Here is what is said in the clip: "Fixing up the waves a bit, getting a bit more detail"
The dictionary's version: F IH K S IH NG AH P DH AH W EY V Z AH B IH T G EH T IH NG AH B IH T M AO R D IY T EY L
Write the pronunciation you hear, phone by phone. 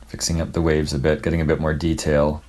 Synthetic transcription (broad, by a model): F IH K S IH NG AH P DH AH W EY V Z AH B IH T G EH T IH NG AH B IH T M AO R D IY T EY L